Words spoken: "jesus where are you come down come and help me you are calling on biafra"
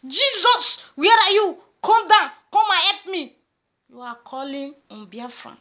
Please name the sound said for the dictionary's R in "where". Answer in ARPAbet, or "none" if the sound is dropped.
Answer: R